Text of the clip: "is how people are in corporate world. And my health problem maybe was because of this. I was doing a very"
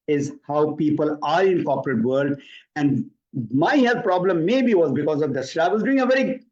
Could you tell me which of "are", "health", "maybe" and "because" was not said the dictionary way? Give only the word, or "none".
health